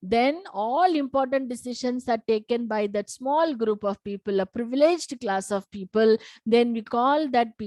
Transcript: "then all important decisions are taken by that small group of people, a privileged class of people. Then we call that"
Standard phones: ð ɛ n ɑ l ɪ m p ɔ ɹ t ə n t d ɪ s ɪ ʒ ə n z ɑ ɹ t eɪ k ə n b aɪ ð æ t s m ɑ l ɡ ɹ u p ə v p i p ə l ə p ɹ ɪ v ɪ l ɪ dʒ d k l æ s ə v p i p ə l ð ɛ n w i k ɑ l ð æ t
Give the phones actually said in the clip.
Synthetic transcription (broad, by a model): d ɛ n ɑ l ɪ m p ɔ ɹ t ə n t d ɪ s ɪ ʃ ə n s ɑ ɹ t eɪ k ə n b aɪ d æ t s m ɑ l ɡ ɹ u p ə v p i p ə l ə p ɹ ɪ v ɪ l ɪ dʒ d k l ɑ s ə v p i p ə l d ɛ n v i k ɑ l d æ t